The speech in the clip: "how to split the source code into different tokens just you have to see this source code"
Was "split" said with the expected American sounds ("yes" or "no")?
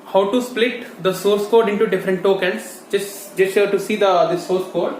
yes